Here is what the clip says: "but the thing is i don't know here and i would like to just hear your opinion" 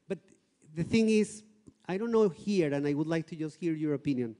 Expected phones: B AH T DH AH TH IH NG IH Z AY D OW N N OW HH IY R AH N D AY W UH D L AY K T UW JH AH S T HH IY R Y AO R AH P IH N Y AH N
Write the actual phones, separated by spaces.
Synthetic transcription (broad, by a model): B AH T DH AH TH IH NG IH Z AY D OW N N OW HH IY R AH N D AY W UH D L AY K T UW JH AH S T HH IY R Y AO R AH P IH N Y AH N